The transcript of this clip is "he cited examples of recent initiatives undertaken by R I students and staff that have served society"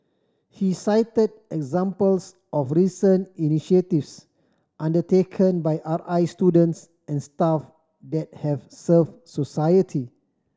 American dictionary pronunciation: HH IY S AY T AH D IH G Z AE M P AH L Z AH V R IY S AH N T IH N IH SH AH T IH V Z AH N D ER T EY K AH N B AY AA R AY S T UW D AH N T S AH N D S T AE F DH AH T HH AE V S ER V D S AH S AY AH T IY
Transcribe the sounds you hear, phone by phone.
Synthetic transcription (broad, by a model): HH IY S AY T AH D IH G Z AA M P AH L S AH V R IY S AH N IH N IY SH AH T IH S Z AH N D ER T EY K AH N B AY AA R AY S T UW D AH N T S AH N S T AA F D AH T HH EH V S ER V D S AH S AY AH T IY